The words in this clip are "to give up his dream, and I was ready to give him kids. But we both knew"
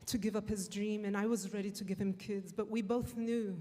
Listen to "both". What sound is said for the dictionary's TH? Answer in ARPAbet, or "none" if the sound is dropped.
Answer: TH